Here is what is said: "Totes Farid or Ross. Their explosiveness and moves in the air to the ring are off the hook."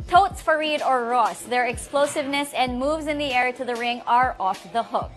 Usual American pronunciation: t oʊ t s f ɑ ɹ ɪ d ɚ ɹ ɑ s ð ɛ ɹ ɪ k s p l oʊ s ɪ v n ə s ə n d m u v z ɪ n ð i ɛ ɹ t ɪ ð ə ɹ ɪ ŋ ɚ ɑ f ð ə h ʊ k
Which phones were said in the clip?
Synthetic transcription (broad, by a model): t oʊ t s f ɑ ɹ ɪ d ɚ ɹ ɑ s ð ɛ ɹ ɪ k s p l oʊ s ɪ v n ə s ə n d m u v z ɪ n ð i ɛ ɹ t ɪ ð ə ɹ ɪ ŋ ɚ ɑ f ð ə h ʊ k